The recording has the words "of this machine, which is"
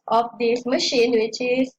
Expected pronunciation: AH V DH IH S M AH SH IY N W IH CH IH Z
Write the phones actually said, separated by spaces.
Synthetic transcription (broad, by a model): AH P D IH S M AH SH IY N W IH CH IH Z